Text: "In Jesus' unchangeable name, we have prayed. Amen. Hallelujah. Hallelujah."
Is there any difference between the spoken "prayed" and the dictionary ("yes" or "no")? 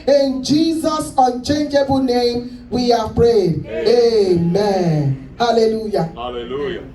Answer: no